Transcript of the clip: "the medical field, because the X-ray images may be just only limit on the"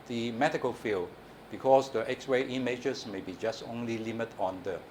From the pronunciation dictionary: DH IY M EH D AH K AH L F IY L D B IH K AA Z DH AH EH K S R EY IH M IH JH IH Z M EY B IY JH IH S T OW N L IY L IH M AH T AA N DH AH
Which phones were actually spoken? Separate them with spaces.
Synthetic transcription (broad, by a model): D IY M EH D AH K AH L F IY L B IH K AA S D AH EH K S W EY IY M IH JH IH S M EY B IY JH IH S T OW N L IY L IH M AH T AA N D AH